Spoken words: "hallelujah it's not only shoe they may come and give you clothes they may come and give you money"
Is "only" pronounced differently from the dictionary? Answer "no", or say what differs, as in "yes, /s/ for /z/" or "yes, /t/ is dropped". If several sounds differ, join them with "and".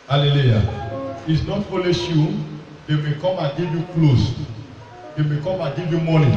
yes, /n/ is dropped